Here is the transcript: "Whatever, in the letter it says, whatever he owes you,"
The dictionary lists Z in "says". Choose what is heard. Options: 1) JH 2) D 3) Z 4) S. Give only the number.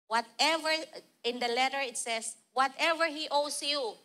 4